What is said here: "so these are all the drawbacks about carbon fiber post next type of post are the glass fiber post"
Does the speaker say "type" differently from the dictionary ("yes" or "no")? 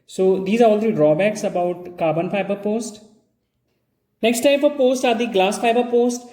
yes